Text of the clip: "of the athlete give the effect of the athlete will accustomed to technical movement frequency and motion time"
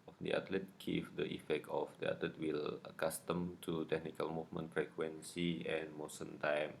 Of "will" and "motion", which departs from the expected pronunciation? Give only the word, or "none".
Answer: motion